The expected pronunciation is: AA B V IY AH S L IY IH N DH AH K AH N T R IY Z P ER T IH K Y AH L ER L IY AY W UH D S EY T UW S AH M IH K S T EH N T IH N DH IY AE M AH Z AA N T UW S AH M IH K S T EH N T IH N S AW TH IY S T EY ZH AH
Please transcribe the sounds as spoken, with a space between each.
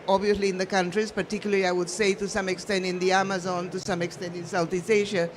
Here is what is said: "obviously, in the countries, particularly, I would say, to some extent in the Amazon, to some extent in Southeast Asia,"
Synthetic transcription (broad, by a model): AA B V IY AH S L IY IH N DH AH K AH N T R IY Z P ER T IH K Y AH L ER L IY AY W UH D S EY T UW S AH M IH K S T EH N T IH N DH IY AE M AH Z AA N T UW S AH M IH K S T EH N T IH N S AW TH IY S EY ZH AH